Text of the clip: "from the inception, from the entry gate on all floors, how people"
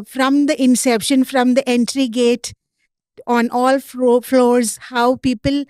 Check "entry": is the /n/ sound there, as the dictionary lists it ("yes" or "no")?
yes